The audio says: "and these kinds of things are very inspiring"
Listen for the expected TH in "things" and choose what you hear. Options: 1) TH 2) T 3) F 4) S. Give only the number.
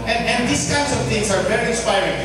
2